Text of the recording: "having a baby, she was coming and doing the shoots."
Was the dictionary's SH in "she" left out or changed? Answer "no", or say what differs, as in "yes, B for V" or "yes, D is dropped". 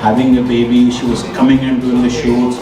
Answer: no